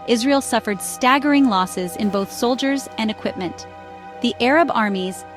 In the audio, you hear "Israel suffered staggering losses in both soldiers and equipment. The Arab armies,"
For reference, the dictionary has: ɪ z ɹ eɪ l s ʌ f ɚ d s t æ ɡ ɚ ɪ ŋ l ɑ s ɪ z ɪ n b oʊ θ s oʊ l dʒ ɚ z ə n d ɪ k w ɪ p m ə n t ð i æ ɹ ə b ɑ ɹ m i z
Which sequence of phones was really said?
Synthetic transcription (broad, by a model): ɪ z ɹ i l s ʌ f ɚ d s t æ ɡ ɚ ɪ ŋ l ɑ s ɪ z ɪ n b oʊ θ s oʊ l dʒ ɚ z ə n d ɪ k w ɪ p m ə n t ð i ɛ ɹ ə b ɑ ɹ m i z